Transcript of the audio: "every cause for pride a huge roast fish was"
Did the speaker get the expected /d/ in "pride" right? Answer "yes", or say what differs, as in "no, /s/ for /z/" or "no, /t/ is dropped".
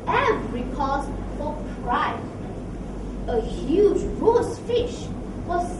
no, /d/ is dropped